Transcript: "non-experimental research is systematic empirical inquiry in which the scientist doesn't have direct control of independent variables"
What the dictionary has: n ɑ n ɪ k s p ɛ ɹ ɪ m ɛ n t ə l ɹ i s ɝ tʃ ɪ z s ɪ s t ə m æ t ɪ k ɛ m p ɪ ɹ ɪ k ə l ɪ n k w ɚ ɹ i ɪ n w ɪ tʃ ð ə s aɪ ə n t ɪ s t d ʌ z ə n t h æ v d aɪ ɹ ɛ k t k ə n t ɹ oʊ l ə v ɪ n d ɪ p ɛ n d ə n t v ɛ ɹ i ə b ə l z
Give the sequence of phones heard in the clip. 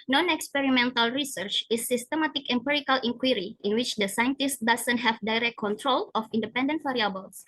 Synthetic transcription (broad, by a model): n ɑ n ɪ k s p ɛ ɹ ɪ m ɛ n t ə l ɹ i s ɝ tʃ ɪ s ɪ s t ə m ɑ t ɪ k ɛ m p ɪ ɹ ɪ k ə l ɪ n k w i ɹ i ɪ n w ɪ tʃ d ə s aɪ ə n t ɪ s t d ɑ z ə n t h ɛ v d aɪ ɹ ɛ k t k ə n t ɹ oʊ l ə f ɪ n d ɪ p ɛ n d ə n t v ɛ ɹ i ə b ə l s